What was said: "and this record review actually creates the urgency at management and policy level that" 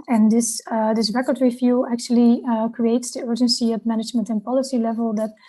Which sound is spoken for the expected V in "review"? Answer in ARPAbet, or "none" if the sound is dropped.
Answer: F